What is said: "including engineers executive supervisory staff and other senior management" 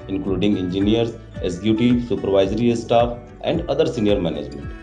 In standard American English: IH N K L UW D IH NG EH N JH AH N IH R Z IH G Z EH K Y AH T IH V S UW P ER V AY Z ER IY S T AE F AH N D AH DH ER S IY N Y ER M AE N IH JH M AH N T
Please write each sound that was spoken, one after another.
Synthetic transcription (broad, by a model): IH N K L UW D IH NG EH N JH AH N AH R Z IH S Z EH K Y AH T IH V S UW P ER V AY Z ER IY S T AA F AH N D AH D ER S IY N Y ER M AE N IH JH M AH N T